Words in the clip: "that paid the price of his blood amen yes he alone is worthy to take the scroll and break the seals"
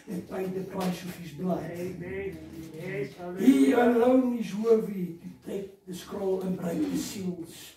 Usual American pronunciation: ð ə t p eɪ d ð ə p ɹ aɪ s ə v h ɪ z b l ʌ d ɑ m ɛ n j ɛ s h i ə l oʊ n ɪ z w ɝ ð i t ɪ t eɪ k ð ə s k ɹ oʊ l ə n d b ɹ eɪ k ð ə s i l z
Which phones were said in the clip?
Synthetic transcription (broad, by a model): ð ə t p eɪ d ð ə p ɹ aɪ s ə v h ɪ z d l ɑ ɪ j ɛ h i ə l oʊ n ɪ z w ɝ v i t ɪ t eɪ k ð ə s k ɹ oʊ l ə n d b ɹ eɪ k ð ə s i l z